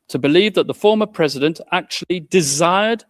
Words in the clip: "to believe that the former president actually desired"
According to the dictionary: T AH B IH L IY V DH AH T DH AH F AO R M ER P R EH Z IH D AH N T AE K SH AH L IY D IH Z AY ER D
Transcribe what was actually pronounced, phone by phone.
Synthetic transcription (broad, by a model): T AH B IH L IY V DH AH T DH AH F AO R M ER P R EH Z IH D AH N T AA K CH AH L IY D IH Z AY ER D